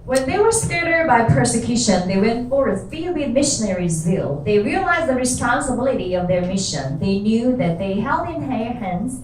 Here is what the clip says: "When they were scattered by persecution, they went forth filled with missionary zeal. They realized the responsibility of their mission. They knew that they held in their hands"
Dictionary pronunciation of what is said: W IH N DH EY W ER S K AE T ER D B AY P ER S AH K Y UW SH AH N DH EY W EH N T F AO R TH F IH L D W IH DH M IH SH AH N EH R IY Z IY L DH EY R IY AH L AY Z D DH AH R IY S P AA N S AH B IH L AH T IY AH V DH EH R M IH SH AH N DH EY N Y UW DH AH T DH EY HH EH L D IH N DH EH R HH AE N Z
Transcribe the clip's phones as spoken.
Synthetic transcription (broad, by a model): W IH N DH EY W ER S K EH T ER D B AY P ER S AH K Y UW SH AH N DH EY W EH N T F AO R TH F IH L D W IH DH M IH SH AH N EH R IY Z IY L DH EY R IY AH L AY Z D DH AH R IY S P AA N S AH B IH L AH T IY AH V DH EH R M IH SH AH N DH EY N Y UW DH AH T DH EY HH EH L D IH N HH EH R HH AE N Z